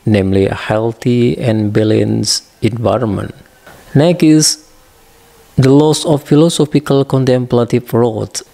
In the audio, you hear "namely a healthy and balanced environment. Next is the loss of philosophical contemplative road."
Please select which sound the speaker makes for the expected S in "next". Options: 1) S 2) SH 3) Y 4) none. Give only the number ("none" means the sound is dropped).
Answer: 4